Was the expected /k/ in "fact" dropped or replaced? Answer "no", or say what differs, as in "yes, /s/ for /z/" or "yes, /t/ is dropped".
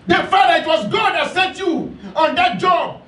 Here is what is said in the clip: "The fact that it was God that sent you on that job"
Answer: yes, /k/ is dropped